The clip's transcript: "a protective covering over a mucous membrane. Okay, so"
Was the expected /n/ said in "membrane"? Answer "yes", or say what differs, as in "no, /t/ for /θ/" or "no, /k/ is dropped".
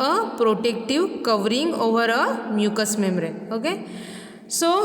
no, /n/ is dropped